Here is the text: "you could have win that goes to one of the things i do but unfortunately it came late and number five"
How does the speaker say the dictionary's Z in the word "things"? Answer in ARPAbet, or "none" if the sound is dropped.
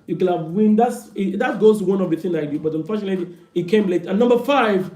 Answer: none